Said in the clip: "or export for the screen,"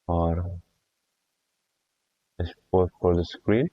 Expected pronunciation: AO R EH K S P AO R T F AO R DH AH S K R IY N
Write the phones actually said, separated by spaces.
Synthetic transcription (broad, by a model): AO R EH S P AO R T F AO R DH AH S K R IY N